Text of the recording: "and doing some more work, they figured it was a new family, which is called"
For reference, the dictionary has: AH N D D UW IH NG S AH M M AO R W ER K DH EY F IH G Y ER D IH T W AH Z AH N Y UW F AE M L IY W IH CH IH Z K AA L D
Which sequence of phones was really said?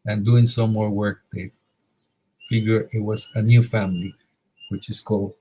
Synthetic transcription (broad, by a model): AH N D D UW IH NG S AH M M AO R W ER K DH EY F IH G Y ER IH T W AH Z AH N Y UW F AE M L IY W IH CH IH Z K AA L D